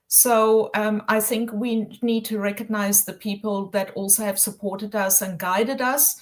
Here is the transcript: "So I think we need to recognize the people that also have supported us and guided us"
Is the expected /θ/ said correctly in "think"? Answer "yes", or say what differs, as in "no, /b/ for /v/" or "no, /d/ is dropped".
yes